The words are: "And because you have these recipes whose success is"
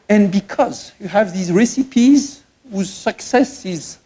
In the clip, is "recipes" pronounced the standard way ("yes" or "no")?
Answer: yes